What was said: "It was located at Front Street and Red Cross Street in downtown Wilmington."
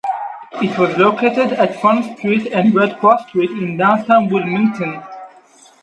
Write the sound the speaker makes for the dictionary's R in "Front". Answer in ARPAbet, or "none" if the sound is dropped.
none